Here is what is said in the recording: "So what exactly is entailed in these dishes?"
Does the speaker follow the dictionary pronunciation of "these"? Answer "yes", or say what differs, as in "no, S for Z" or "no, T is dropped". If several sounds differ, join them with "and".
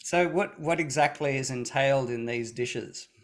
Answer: yes